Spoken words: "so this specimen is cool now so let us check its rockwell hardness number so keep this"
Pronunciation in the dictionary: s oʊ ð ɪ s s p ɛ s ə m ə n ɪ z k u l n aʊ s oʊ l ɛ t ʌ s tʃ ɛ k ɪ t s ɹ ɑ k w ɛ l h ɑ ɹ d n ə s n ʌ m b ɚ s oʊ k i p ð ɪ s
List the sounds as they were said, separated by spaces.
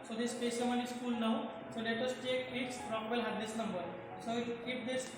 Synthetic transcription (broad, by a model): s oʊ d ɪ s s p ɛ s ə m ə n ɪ s k u l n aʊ s oʊ l ɛ t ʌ s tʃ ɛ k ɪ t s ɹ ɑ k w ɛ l h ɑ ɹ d ə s n ʌ m b ɚ s oʊ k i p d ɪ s